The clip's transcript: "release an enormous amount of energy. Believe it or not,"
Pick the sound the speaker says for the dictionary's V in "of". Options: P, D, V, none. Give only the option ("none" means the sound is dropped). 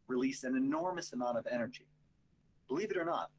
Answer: V